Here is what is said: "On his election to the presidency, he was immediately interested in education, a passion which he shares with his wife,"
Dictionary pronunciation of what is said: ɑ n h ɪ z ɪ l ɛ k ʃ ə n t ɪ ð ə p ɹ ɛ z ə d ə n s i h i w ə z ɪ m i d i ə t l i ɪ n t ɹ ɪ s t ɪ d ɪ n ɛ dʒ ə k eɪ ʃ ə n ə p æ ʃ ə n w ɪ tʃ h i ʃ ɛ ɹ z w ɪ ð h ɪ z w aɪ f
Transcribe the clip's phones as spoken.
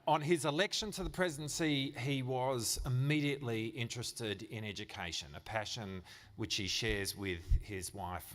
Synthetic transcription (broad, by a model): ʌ n ɪ z ɪ l ɛ k ʃ ə n t ɪ ð ə p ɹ ɛ z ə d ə n s i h i w ə z ɪ m i d i ə t l i ɪ n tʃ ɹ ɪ s t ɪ d ɪ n ɛ dʒ ə k eɪ ʃ ə n ə p æ ʃ ə n w ɪ tʃ h i ʃ ɛ ɹ z w ɪ ð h ɪ z w aɪ f